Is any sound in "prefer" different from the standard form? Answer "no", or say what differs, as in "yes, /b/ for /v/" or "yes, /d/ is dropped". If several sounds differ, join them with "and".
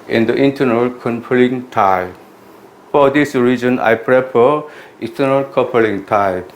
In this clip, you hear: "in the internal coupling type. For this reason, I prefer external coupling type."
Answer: yes, /p/ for /f/